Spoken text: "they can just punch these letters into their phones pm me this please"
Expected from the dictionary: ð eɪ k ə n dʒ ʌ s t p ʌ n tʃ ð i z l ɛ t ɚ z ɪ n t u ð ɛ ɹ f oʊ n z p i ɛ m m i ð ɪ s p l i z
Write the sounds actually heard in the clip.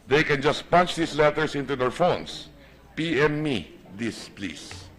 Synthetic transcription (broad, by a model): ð eɪ k ə n dʒ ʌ s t p ʌ n tʃ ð i s l ɛ t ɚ s ɪ n t u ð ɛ ɹ f oʊ n s p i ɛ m m i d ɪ s p l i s